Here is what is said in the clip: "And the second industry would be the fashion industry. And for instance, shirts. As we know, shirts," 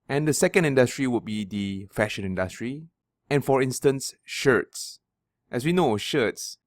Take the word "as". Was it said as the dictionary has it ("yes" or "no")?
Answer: no